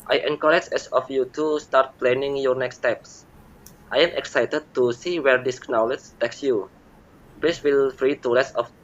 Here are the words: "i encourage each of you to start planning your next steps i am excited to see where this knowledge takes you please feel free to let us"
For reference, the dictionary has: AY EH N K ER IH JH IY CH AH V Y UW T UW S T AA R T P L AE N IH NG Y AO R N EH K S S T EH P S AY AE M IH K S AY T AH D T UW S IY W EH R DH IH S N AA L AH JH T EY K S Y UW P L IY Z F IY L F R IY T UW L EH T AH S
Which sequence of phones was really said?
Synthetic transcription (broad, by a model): AY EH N K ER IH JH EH S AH F Y UW T UW S T AA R T P L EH N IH NG Y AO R N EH K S S T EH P S AY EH M IH K S AY T AH D T UW S IY W EH R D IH S N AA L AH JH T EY K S Y UW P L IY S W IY L F R IY T UW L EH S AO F